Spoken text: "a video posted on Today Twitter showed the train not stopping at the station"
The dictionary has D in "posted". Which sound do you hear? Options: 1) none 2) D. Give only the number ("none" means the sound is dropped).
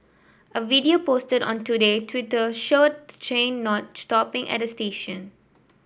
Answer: 2